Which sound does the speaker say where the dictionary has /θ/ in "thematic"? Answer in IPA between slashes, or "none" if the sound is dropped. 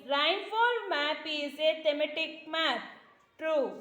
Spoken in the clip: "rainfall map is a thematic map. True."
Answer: /t/